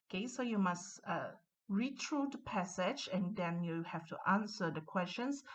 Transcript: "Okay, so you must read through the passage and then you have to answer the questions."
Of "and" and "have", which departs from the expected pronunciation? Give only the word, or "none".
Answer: have